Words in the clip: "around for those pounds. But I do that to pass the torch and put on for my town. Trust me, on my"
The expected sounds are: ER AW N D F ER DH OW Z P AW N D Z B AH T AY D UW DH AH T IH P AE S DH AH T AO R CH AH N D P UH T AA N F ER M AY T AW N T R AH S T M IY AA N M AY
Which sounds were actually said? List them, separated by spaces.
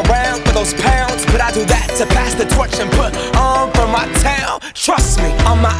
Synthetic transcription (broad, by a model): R AW N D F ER DH OW Z P AW N D Z B AH T AY D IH DH AH T IH P AE S DH AH T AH CH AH N P UH T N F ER M AY T AW N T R AH S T M IY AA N M AY